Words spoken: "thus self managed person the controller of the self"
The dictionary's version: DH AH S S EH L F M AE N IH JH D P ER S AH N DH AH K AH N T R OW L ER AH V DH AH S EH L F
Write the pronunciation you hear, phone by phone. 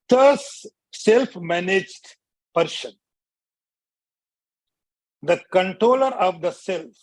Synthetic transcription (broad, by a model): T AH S S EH L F M AE N IH JH D P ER SH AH N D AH K AH N T R OW L ER AH V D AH S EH L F